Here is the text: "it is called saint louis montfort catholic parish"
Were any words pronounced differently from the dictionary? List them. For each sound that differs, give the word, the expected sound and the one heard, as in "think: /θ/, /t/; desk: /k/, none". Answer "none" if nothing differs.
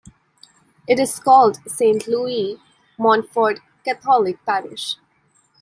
catholic: /θ/, /t/